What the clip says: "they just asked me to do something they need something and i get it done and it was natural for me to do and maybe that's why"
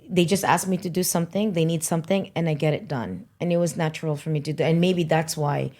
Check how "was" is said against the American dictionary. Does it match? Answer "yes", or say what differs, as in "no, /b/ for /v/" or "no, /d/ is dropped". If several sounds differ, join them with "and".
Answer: yes